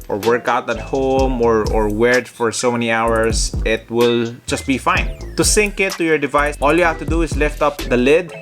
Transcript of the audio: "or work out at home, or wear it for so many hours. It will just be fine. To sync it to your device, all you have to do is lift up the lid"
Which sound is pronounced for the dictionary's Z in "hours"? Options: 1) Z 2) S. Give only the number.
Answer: 2